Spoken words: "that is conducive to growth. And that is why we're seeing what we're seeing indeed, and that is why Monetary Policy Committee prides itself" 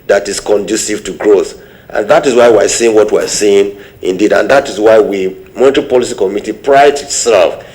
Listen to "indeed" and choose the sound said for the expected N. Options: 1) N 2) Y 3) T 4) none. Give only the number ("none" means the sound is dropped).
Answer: 1